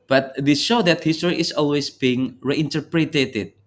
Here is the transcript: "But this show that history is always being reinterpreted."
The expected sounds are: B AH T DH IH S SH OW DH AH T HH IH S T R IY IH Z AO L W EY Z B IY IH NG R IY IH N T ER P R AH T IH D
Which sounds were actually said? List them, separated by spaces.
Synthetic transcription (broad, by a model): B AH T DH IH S SH OW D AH T HH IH S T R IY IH S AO L W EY S B IY IH NG R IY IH N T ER P R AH T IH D